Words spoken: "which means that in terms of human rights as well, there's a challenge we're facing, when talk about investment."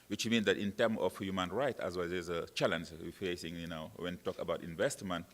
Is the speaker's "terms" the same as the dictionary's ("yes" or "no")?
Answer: no